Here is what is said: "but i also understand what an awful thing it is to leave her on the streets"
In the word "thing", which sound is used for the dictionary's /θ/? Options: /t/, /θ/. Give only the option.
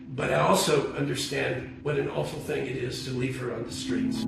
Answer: /θ/